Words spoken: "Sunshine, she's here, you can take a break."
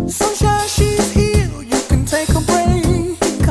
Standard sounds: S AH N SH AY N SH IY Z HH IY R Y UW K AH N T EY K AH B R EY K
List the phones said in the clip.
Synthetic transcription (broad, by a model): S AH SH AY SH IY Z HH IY L Y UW K AH N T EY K AH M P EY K